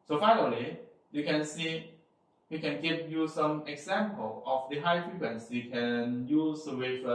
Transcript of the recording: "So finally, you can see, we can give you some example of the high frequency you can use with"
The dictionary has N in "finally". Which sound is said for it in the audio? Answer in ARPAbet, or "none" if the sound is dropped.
N